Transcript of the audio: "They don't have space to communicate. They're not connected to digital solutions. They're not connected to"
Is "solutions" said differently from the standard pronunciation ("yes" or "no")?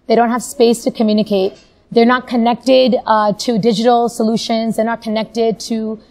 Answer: no